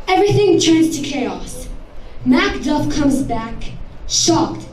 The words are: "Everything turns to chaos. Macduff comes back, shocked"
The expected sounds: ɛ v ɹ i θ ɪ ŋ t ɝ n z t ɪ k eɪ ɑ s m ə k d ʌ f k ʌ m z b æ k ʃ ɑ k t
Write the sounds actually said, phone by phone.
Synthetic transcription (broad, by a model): ɛ v ɹ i θ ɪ ŋ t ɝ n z t ɪ k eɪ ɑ s m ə k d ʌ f k ʌ m z b æ k ʃ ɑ k t